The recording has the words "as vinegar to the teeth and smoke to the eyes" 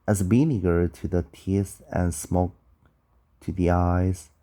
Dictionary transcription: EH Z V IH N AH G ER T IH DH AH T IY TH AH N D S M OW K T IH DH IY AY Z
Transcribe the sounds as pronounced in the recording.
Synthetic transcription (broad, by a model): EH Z B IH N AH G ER T IH DH AH T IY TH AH N S M OW K T IH DH IY AY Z